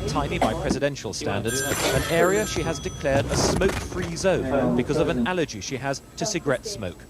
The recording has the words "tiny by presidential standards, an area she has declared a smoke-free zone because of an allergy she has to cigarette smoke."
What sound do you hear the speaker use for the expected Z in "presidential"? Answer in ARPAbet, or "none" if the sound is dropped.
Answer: Z